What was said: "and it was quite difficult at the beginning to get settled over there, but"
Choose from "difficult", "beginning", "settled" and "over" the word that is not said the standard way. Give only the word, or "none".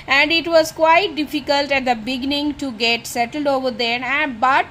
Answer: none